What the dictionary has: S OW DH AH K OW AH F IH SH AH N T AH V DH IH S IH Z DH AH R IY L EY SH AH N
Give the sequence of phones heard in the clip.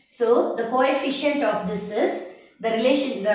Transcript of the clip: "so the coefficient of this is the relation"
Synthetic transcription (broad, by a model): S OW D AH K OW AH F IH SH AH N T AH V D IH S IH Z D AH R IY L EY SH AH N